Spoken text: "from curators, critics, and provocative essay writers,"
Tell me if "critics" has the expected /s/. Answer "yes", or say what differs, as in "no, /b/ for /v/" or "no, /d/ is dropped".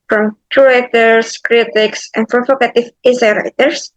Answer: yes